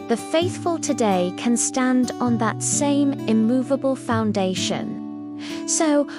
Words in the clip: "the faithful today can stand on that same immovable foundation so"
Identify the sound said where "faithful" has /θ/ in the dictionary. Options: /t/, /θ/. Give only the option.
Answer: /θ/